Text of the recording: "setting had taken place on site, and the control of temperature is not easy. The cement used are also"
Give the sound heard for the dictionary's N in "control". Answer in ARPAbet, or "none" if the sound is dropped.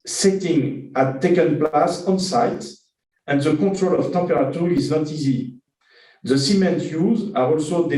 none